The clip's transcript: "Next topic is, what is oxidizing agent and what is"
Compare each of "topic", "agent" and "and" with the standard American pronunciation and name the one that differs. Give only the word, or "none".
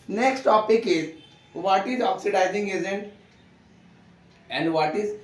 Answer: agent